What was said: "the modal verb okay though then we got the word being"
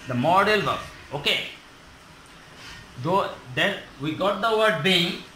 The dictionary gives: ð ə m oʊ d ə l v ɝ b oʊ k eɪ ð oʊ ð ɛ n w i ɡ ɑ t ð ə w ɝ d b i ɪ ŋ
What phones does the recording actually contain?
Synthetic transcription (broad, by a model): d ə m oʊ d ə l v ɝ oʊ k eɪ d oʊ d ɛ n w i ɡ ɑ t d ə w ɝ d b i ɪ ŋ